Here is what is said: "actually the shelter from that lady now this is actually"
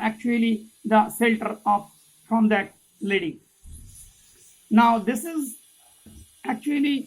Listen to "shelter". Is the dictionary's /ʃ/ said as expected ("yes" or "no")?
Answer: no